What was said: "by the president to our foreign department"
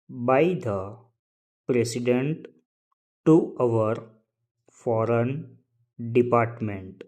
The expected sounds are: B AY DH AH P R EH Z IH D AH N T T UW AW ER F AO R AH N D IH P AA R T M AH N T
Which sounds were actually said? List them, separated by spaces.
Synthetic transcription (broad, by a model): B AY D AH P R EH S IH D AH N T T UW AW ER F AO R AH N D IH P AA R T M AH N T